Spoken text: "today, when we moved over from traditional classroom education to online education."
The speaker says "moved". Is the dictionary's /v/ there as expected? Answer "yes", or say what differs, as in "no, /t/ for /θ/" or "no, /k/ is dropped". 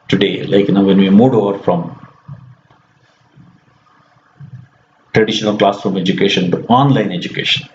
no, /v/ is dropped